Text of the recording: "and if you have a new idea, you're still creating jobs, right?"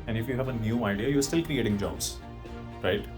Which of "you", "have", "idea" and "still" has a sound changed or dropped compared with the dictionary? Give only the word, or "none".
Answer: none